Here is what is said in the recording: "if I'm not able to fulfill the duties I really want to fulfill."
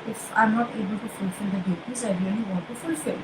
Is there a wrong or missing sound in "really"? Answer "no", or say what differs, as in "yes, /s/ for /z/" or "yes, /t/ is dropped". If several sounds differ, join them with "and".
yes, /n/ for /l/